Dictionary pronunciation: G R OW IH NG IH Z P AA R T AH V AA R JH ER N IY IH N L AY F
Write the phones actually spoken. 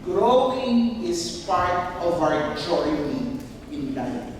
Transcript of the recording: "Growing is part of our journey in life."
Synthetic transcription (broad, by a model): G R OW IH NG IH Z P AA R T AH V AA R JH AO IY IH N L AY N